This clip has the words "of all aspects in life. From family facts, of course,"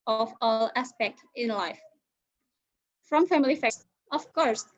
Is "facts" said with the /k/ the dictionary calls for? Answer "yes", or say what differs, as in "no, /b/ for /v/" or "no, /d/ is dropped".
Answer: no, /k/ is dropped